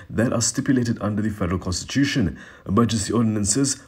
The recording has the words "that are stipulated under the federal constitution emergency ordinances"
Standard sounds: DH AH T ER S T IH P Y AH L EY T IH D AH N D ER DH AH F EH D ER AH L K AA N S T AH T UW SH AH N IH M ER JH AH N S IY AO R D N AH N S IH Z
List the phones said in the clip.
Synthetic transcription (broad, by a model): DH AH T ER S T IH P Y AH L EY T IH D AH N D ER DH AH F EH D ER AH L K AA N S T AH T UW SH AH N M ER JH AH S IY AO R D N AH N S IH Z